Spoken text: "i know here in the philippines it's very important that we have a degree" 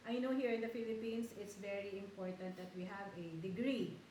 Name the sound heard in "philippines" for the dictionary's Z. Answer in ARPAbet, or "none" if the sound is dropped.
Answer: S